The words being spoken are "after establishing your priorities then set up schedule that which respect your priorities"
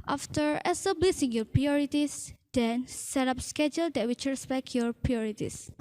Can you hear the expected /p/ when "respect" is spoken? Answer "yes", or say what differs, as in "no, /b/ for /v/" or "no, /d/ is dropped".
no, /b/ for /p/